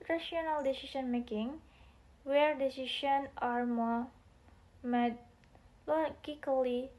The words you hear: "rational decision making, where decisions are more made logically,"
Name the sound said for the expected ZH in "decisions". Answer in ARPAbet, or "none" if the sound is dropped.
SH